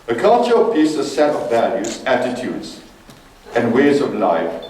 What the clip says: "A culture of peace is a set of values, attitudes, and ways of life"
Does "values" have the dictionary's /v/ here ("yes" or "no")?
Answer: yes